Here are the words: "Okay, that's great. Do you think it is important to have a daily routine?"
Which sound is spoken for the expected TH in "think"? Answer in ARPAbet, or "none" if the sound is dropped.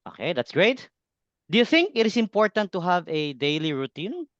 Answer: TH